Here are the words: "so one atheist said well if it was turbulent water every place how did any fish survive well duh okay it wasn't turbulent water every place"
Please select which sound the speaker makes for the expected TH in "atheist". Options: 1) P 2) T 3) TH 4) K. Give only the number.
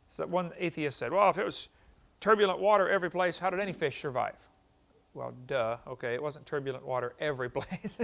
3